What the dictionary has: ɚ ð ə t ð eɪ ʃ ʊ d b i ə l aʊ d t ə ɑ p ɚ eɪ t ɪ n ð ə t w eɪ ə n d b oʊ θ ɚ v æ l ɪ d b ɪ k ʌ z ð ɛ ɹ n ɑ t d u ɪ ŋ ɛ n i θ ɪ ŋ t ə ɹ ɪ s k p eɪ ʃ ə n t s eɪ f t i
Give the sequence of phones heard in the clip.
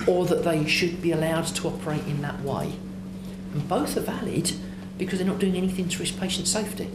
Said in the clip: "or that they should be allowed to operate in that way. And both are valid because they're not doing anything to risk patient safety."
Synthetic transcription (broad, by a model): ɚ ð ə t ð eɪ ʃ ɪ d b i ə l aʊ d t ə ɑ p ɚ eɪ t ɪ n ð ə t w eɪ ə n b oʊ θ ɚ v æ l ɪ d b ɪ k ʌ z ð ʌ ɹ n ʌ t d u ɪ ŋ ɛ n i θ ɪ ŋ t ə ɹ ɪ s p eɪ ʃ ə n t s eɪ f t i